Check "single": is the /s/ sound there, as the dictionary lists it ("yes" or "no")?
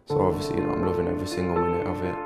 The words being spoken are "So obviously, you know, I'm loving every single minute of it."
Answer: no